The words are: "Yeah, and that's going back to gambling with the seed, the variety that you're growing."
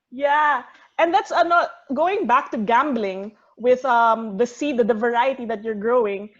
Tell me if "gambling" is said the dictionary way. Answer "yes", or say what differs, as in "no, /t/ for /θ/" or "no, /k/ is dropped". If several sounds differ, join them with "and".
yes